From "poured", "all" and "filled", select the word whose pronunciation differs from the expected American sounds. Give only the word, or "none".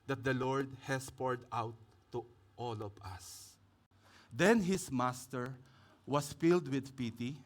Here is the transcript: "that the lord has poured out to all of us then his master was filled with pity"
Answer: none